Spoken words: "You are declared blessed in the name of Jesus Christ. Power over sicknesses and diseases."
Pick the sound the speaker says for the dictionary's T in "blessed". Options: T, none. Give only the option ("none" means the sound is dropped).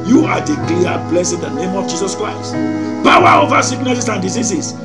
none